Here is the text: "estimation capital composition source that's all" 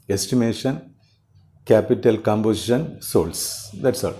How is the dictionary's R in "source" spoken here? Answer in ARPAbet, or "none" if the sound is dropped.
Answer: L